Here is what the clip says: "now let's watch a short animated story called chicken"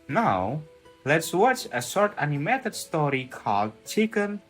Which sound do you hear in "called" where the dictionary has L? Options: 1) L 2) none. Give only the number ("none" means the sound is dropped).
1